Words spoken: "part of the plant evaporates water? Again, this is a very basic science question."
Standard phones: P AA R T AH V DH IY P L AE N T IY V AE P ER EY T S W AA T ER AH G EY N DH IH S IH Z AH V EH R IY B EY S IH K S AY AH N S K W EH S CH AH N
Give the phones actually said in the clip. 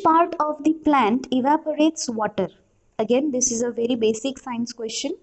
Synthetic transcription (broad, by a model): P AA R T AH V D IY P L AE N T IY V AE P ER EY T S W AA T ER AH G EY N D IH S IH Z AH V EH R IY B EY S IH K S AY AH N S K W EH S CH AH N